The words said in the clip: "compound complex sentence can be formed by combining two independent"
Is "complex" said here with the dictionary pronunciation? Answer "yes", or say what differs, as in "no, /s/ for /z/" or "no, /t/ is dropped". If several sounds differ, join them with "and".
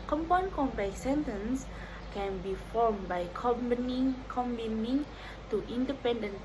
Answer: no, /l/ is dropped